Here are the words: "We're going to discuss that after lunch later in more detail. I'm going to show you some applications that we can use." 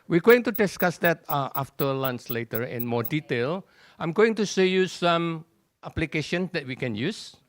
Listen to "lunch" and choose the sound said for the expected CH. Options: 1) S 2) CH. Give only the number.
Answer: 1